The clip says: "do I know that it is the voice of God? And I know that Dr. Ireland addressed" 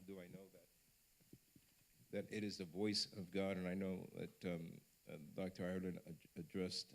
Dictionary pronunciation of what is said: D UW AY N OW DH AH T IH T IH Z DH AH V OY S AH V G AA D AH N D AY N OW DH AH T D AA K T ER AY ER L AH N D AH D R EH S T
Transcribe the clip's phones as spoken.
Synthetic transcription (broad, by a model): D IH AY N OW DH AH T IH T IH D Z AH V OY S AH V G AA D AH N AY N OW DH AH T D AA K T ER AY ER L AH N AH D R EH S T